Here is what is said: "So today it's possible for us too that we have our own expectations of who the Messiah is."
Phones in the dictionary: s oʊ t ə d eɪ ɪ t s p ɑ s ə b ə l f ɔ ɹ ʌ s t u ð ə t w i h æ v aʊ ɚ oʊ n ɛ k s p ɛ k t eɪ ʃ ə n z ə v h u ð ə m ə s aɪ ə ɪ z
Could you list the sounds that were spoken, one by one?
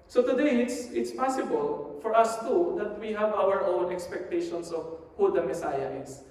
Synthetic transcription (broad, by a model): s oʊ t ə d eɪ ɪ t s p ɑ s ə b ə l f ɔ ɹ ʌ s t u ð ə t w i h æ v aʊ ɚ oʊ n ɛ k s p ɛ k t eɪ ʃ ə n s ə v h u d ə m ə s aɪ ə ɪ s